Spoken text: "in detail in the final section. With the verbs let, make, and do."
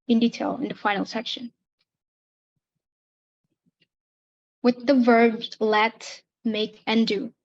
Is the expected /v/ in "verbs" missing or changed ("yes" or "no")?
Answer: no